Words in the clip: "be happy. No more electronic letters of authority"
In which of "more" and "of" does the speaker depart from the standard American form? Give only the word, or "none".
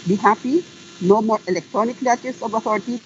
of